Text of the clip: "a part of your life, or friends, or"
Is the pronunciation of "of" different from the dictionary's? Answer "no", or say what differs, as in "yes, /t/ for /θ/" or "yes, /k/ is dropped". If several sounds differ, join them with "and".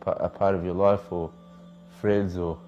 no